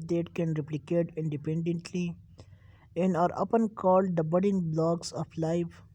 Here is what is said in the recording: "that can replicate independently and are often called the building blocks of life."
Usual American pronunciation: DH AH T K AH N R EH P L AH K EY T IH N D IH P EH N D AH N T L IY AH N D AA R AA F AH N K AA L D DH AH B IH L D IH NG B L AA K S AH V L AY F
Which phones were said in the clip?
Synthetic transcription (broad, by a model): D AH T K AH N R EH P L AH K EY T IH N D IH P EH N D AH N T L IY AH N D AA R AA P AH N K AA L D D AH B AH D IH NG B L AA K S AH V L AY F